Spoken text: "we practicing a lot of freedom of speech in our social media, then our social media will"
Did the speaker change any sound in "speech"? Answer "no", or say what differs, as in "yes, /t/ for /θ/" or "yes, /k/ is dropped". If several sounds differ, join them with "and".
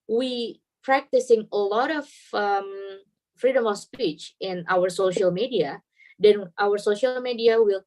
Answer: no